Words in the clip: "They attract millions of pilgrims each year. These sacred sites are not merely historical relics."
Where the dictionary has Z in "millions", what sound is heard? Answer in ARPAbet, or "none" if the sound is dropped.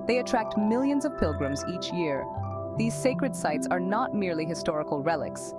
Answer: Z